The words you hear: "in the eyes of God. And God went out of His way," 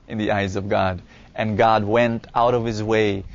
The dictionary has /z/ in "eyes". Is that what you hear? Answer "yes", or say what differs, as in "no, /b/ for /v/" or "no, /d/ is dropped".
yes